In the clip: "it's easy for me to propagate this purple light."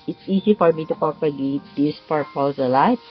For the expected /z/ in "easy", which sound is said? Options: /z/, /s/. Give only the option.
/s/